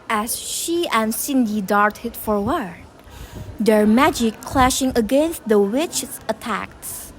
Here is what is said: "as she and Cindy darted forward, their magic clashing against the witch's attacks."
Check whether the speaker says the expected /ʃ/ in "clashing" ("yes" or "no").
yes